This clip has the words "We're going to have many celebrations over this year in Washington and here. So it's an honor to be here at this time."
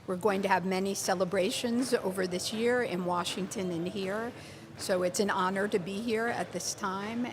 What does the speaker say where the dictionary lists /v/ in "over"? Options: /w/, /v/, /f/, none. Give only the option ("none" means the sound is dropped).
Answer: /v/